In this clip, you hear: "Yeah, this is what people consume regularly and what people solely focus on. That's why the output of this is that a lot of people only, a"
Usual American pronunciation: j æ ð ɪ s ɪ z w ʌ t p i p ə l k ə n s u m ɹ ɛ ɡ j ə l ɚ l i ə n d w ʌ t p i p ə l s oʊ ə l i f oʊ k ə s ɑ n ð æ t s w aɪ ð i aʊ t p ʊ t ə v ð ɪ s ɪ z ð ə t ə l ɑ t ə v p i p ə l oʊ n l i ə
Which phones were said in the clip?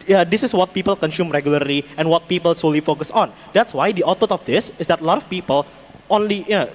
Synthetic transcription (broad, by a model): j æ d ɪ s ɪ s w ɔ t p i p ə l k ə n s u m ɹ ɛ ɡ j ə l ɚ l i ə n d w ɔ t p i p ə l s oʊ l i f oʊ k ə s ɑ n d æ t s w aɪ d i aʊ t ʊ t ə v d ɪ s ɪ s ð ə t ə l ɑ t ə f p i p ə l oʊ n l i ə